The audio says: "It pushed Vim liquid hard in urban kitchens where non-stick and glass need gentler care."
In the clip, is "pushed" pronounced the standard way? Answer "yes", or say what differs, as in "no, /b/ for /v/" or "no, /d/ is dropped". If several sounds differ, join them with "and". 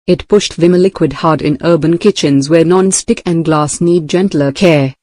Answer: yes